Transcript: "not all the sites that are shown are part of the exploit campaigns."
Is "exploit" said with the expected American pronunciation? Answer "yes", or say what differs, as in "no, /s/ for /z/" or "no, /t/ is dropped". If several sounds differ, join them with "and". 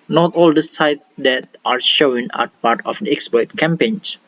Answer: no, /l/ is dropped